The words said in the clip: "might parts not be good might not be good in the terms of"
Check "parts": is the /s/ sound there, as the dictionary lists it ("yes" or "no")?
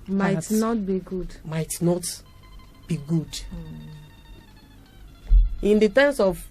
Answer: no